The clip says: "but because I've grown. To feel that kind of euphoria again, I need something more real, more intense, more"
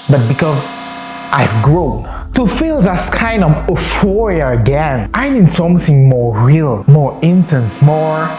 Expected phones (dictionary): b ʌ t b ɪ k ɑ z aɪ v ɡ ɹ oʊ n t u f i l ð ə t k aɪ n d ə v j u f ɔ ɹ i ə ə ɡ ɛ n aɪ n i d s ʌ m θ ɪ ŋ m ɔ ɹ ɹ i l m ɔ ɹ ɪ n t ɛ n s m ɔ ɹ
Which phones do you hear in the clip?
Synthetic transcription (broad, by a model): b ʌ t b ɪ k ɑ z aɪ v ɡ ɹ oʊ n t u f i l ð ə t k aɪ n d ə v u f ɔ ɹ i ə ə ɡ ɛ n aɪ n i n s ʌ m θ ɪ ŋ m ɔ ɹ ɹ i l m ɔ ɹ ɪ n t ɛ n s m ɔ ɹ